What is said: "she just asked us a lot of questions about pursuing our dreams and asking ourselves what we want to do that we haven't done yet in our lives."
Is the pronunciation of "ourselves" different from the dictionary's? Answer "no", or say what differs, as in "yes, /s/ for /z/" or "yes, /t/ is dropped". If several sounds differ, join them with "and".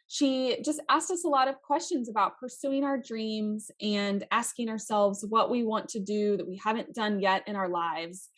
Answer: no